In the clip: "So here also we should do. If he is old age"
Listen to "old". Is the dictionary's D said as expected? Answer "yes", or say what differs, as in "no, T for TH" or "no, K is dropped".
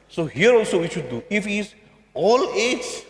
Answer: no, D is dropped